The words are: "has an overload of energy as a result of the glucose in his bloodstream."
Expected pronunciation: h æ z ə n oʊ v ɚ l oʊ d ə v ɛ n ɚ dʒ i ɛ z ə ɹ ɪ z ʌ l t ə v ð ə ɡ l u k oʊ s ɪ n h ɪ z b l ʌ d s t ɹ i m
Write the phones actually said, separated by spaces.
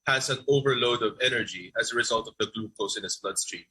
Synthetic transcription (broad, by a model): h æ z ə n oʊ v ɚ l oʊ d ə v ɛ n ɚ dʒ i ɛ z ə ɹ ɪ z ʌ l t ə v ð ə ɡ l u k oʊ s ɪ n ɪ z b l ʌ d s t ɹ i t